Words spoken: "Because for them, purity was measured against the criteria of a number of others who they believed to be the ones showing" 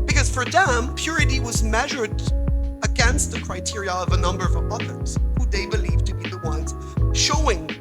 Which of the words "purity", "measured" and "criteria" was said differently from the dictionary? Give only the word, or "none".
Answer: none